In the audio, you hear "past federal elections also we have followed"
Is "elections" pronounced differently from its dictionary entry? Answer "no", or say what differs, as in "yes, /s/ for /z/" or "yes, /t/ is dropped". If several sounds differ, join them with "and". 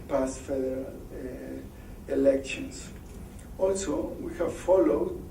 yes, /s/ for /z/